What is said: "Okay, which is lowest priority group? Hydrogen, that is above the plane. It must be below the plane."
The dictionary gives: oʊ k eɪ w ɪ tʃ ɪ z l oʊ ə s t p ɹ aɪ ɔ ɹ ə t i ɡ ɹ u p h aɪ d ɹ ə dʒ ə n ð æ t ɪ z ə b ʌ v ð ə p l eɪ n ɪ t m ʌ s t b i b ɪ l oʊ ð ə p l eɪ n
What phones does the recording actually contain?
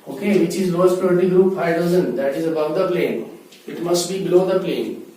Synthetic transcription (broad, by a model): oʊ k eɪ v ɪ tʃ ɪ z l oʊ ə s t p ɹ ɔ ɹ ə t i ɡ ɹ u p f aɪ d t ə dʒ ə n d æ t ɪ z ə b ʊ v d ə p l eɪ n ɪ t m ʌ s t b i b ɪ l oʊ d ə p l eɪ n